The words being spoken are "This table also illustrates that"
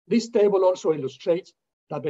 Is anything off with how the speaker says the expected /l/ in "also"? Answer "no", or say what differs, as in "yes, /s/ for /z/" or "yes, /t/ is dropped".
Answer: yes, /n/ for /l/